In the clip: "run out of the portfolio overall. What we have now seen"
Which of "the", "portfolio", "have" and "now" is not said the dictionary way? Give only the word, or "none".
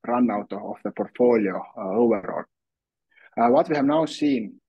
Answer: none